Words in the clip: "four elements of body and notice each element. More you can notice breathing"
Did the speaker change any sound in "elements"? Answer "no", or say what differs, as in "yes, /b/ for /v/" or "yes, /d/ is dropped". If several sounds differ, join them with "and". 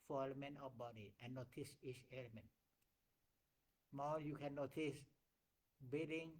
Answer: yes, /s/ is dropped